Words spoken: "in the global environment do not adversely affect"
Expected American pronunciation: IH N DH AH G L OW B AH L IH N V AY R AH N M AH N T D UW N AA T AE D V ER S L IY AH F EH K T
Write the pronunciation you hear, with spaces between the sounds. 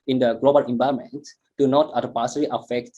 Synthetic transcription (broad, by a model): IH N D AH G L OW B AH L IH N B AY AH M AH N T D UW N AA T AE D P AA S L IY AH F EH K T